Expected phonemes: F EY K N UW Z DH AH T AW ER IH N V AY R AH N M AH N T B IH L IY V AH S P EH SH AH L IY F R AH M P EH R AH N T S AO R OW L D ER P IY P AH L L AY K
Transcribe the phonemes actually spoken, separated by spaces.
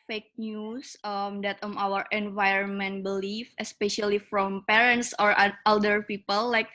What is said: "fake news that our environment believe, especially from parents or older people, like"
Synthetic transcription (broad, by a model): F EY K N UW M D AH T AW ER IH N V AY R AH N M AH N T B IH L IY F AH S P EH SH AH L IY F R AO M P EH R AH N T S AO R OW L D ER P IY P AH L L AY K